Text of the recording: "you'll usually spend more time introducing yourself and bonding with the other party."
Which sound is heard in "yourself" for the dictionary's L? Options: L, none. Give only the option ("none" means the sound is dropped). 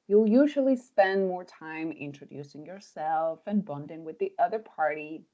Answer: L